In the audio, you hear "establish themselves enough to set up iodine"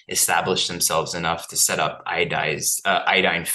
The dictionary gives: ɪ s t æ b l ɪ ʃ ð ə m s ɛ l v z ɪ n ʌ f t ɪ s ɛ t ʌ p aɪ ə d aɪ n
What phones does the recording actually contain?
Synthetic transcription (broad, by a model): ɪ s t æ b l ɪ ʃ ð ə m s ɛ l v z ɪ n ʌ f t ɪ s ɛ t ʌ p aɪ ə d aɪ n